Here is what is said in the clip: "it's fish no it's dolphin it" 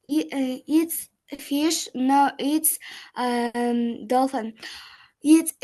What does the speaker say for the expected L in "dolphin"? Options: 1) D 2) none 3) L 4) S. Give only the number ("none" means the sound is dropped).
3